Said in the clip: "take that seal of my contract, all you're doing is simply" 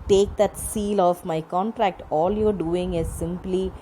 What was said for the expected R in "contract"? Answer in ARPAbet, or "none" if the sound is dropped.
R